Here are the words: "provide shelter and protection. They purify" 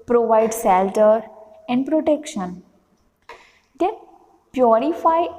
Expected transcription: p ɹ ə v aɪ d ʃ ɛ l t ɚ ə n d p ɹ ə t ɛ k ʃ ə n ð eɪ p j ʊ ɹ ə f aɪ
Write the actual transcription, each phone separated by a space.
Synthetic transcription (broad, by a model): p ɹ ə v aɪ d s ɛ l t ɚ ə n d p ɹ ə t ɛ k ʃ ə n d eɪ p j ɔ ɹ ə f aɪ